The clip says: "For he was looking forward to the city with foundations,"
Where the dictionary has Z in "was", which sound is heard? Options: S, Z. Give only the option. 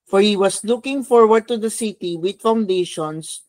S